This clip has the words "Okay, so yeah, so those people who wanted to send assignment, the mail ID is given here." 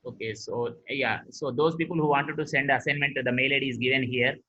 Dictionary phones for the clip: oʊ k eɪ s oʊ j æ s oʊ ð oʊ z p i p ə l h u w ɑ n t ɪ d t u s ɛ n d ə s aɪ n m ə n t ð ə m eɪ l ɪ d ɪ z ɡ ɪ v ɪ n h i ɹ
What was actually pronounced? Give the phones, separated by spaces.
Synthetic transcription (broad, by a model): oʊ k eɪ s oʊ j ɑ s oʊ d oʊ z p i p ə l h u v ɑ n t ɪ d t u s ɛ n d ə s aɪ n m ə n t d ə m eɪ l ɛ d ɪ z ɡ ɪ v ɪ n h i ɹ